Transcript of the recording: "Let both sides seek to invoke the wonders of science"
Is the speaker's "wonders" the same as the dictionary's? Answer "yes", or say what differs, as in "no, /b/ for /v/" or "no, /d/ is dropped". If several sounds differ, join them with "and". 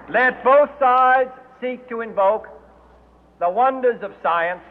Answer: yes